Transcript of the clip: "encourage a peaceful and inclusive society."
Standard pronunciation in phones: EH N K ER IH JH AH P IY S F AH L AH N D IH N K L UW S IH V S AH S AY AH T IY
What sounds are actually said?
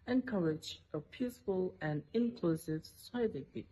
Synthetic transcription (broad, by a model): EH N K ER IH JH AH P IY S F AH L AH N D IH N K L UW S IH V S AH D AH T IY